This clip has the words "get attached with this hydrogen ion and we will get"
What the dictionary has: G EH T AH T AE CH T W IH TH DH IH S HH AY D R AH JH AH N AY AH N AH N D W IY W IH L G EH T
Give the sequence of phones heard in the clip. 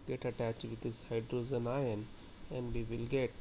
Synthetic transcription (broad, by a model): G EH T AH T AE CH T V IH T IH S HH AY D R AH Z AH N AY AH N AH N D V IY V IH L G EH T